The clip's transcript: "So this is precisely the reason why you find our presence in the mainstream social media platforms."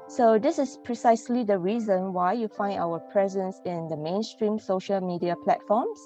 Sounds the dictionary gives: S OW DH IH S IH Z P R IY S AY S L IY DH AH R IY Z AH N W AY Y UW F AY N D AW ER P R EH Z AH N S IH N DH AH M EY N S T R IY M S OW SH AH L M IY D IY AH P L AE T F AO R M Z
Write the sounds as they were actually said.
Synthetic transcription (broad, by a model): S OW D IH S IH S P R IY S AY S L IY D AH R IY Z AH N W AY Y UW F AY N D AW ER P R EH Z AH N S IH N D AH M EY N S T R IY M S OW SH AH L M IY D IY AH P L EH T F AO M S